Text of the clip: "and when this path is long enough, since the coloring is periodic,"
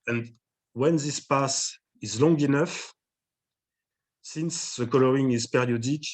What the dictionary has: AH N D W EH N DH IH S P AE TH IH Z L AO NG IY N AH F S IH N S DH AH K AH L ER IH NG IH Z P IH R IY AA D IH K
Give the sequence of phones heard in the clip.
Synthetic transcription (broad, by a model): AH N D W EH N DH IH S P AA S IH Z L AO NG IY N AH F S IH N S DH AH K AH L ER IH NG IH Z P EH R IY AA D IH K